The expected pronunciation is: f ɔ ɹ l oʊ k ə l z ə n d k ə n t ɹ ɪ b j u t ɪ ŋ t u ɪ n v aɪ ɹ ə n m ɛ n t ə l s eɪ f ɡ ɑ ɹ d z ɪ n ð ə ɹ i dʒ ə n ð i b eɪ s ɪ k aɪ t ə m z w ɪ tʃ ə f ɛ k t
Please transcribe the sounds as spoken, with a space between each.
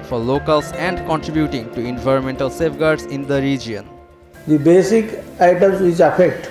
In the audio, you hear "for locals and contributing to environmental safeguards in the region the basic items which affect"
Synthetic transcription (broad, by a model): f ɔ ɹ l oʊ k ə l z ə n d k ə n t ɹ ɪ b j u t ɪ ŋ t u ɪ n v aɪ ɹ ə n m ɛ n t ə l s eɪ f ɡ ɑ ɹ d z ɪ n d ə ɹ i dʒ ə n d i b eɪ s ɪ k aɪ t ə m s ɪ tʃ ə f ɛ k t